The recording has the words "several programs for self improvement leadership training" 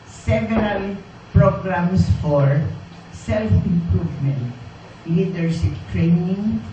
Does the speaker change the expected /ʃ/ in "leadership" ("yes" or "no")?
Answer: yes